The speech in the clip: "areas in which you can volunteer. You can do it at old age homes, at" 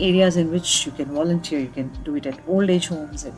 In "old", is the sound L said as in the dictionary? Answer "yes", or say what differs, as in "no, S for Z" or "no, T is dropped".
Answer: yes